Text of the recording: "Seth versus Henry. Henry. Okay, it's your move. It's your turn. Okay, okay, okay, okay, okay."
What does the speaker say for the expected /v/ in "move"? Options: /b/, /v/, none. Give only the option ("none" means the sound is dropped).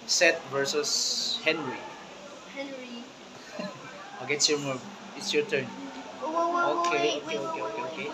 none